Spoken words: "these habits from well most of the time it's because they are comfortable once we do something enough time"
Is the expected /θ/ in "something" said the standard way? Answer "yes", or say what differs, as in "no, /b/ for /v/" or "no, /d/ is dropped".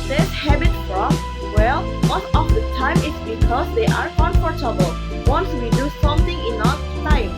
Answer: no, /t/ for /θ/